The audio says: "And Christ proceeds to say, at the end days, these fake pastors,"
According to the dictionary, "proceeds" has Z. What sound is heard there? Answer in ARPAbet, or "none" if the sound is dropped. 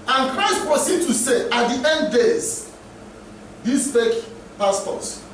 none